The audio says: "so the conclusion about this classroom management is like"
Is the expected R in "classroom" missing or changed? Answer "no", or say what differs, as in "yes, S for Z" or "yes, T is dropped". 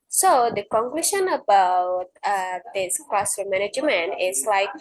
yes, R is dropped